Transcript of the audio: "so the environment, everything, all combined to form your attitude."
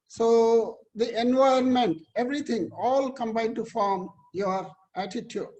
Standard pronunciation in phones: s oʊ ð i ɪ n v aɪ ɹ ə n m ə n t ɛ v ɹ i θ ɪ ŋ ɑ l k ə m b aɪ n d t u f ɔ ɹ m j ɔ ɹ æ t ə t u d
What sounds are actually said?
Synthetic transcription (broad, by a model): s oʊ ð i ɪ n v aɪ ə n m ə n t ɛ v ɹ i t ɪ ŋ ɑ l k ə m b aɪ d t u f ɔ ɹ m j ɔ ɹ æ t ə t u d